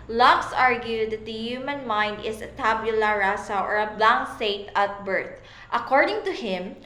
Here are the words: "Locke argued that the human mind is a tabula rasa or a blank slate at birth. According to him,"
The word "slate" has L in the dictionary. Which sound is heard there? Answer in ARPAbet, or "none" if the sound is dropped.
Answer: none